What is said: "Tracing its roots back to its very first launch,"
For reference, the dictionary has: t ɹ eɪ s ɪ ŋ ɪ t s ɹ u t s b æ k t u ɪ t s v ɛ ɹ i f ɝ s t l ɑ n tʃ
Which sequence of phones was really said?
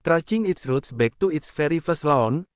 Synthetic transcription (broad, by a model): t ɹ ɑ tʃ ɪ ŋ ɪ t s ɹ u t s b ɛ k t u ɪ t s f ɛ ɹ i f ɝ s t l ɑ n